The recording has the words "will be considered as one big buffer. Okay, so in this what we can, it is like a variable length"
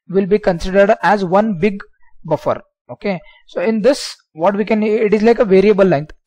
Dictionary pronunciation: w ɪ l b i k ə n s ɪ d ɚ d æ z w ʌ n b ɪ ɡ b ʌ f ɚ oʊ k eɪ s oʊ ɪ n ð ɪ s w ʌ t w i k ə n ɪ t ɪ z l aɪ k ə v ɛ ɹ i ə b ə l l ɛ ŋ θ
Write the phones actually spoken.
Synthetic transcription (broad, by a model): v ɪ l b i k ə n s ɪ d ɚ d æ z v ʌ n b ɪ ɡ b ʌ f ɚ oʊ k eɪ s oʊ ɪ n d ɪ s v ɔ t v i k ə n ɪ t ɪ z l aɪ k ə v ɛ ɹ i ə b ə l l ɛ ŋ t